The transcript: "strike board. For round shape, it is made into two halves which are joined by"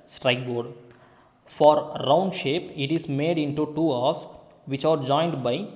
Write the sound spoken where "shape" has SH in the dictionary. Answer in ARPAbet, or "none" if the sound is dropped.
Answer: SH